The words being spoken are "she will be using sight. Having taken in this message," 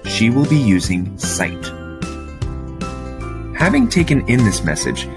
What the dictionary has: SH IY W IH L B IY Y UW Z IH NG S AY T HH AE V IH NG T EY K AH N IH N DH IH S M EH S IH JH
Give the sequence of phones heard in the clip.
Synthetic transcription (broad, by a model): SH IY W IH L B IY Y UW Z IH NG S AY T HH AE V IH NG T EY K AH N IH N DH IH S M EH S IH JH